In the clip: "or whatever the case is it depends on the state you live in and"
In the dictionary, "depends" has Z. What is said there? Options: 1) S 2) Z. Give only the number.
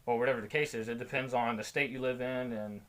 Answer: 2